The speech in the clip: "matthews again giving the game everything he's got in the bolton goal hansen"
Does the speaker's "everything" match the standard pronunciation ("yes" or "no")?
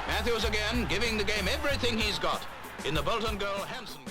yes